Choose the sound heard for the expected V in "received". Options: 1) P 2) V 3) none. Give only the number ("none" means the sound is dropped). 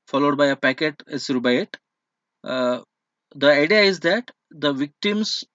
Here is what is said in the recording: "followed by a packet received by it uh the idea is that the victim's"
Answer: 3